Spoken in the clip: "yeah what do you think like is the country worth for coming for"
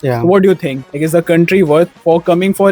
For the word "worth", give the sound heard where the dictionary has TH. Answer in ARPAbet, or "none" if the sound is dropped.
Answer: T